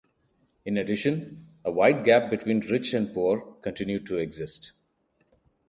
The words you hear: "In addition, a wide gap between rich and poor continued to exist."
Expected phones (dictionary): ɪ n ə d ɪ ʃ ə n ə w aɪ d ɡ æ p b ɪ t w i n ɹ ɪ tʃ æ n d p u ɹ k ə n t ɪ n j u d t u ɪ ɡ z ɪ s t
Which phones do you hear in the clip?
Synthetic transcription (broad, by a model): ɪ n ə d ɪ ʃ ə n ə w aɪ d ɡ æ p b ɪ t w i n ɹ ɪ tʃ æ n d p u ɹ k ə n t ɪ n j u d t u ɪ ɡ z ɪ s t